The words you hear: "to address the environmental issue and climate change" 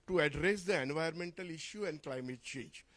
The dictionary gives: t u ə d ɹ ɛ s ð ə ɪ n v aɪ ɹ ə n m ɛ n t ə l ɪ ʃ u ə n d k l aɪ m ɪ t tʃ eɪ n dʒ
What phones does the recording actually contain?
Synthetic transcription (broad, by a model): t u ə d ɹ ɛ s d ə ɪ n v aɪ ə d m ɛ n t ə l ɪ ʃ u ə n d k l aɪ m ɪ t tʃ eɪ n dʒ